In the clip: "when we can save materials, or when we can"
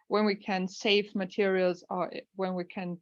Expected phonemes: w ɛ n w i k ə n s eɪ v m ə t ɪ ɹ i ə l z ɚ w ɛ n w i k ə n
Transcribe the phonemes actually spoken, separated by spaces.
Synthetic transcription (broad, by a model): w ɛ n w i k ə n s eɪ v m ə t ɪ ɹ i ə l z ɚ w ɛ n w i k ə n